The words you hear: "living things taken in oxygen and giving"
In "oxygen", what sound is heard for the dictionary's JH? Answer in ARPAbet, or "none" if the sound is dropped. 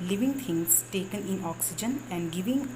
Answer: JH